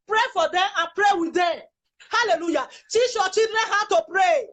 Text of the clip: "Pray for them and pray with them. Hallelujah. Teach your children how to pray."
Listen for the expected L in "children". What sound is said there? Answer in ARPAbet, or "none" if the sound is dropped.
none